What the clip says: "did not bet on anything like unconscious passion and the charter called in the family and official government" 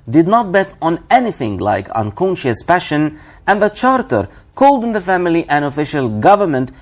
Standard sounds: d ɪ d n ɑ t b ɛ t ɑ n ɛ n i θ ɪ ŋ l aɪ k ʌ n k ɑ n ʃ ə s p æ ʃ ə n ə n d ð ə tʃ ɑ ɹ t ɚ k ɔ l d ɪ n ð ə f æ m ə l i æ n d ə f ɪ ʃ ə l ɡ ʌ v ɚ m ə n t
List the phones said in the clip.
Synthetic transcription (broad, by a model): d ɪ d n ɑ t b ɛ t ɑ n ɛ n i θ ɪ ŋ l aɪ k ʌ n k ɑ n ʃ ə s p æ ʃ ə n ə n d ð ə tʃ ɑ ɹ t ɚ k ɔ l d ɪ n ð ə f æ m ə l i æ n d ə f ɪ ʃ ə l ɡ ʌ v ɚ m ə n t